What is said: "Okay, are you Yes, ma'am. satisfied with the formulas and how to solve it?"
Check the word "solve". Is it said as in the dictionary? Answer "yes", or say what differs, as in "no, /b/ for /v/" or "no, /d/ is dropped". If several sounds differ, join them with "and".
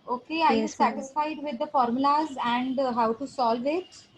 yes